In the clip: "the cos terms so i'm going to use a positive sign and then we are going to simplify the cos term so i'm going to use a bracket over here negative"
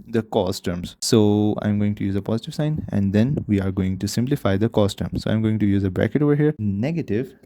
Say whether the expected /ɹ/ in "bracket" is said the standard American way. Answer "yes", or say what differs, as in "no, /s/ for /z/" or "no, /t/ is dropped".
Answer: yes